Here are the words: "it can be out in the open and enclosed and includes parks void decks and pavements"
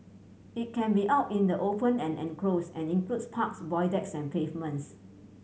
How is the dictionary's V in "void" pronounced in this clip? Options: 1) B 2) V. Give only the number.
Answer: 1